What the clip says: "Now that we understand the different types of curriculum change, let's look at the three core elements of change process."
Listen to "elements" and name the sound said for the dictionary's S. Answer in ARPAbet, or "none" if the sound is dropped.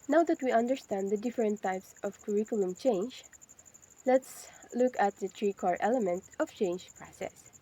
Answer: none